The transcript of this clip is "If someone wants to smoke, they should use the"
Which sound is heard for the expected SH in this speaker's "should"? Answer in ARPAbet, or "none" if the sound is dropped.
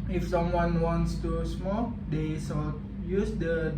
S